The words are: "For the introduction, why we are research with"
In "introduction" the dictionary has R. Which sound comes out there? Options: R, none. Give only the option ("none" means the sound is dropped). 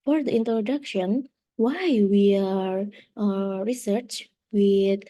R